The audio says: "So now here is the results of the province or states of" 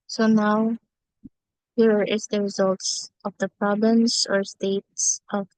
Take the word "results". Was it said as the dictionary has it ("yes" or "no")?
yes